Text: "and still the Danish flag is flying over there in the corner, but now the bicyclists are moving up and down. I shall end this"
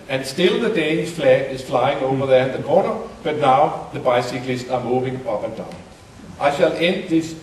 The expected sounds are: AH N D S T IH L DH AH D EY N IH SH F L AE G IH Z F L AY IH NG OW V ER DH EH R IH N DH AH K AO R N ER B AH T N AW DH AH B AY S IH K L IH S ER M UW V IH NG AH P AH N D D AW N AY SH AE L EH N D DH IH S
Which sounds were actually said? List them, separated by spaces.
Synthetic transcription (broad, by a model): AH N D S T IH L DH AH D EY IH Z F L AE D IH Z F L AY IH NG OW V ER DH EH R IH N DH AH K AO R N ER B AH T N AW DH AH B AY S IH K L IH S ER M UW V IH NG AH P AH N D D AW N AY SH AE L EH N D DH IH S